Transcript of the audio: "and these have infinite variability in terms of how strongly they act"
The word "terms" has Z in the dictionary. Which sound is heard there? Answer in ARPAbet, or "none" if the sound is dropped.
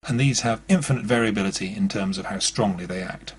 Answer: Z